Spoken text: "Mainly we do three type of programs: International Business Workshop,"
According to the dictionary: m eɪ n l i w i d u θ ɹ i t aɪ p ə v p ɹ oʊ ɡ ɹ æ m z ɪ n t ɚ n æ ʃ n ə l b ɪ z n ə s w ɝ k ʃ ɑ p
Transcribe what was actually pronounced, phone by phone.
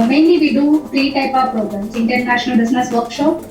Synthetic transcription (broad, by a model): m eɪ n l i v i d u f ɹ i t aɪ p ə v p ɹ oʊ ɡ ɹ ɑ m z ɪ n t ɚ n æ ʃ n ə l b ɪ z n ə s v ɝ k ʃ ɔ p